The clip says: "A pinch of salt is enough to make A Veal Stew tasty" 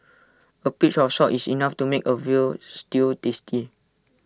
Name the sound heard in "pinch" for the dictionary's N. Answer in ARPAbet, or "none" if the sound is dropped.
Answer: none